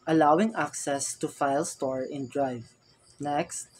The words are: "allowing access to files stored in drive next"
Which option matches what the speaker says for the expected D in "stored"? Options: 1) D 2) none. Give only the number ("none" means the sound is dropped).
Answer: 2